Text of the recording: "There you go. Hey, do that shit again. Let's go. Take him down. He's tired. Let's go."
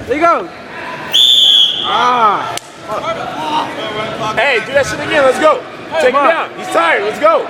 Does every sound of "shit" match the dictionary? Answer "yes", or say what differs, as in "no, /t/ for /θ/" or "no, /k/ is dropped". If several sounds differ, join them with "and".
no, /s/ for /ʃ/